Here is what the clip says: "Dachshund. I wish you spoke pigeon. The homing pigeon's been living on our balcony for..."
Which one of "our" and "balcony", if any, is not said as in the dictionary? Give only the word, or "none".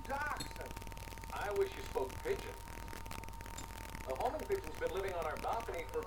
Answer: balcony